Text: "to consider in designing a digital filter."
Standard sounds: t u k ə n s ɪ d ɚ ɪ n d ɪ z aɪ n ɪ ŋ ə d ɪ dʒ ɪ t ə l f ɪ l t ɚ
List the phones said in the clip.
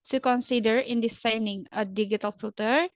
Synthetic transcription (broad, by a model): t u k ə n s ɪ d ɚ ɪ n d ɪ s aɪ n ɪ ŋ ə d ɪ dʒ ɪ t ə l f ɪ l t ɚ